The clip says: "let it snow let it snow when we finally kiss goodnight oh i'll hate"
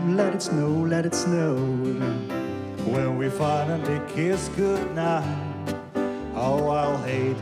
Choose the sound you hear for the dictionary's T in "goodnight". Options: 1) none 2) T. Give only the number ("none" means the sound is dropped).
1